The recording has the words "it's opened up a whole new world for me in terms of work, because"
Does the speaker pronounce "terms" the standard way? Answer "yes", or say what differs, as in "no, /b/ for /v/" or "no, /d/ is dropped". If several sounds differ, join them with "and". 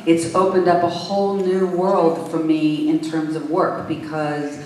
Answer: yes